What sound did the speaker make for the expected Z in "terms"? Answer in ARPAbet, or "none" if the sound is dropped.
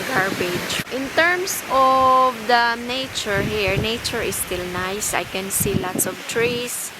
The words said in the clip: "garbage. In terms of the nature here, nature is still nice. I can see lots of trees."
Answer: S